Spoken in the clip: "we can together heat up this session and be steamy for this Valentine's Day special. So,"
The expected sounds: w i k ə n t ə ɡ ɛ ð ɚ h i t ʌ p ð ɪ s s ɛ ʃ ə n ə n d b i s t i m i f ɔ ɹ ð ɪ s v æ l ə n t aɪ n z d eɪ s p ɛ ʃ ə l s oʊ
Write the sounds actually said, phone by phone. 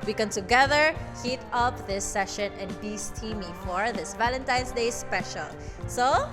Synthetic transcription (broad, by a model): w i k ə n t ə ɡ ɛ ð ɚ h i t ʌ p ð ɪ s s ɛ ʃ ə n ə n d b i s t i m i f ɔ ɹ ð ɪ s v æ l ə n t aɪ n s d eɪ s p ɛ ʃ ə l s oʊ